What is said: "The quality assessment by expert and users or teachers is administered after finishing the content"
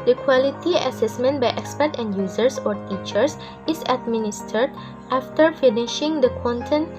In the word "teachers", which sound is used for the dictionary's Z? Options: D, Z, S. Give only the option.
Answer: S